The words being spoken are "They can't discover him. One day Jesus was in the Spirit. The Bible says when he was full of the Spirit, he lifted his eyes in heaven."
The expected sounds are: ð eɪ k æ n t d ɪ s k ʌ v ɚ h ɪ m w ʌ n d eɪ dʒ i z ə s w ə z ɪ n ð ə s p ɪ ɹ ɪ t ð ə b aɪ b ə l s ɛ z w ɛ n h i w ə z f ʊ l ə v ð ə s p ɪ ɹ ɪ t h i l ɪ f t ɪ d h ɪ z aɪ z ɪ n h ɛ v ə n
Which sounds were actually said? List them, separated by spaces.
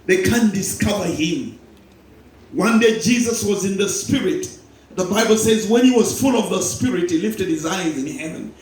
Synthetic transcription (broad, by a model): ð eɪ k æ n d ɪ s k ʌ v ɚ h ɪ m w ʌ n d eɪ dʒ i z ə s w ə z ɪ n ð ə s p ɪ ɹ ɪ t ð ə b aɪ b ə l s ɛ z w ɛ n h i w ə z f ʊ l ə v ð ə s p ɪ ɹ ɪ t h i l ɪ f t ɪ d h ɪ z aɪ z ɪ n h ɛ v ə n